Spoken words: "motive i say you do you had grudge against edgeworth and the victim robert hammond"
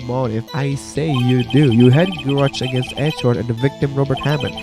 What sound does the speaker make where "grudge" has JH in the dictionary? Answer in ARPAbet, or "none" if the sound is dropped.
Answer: CH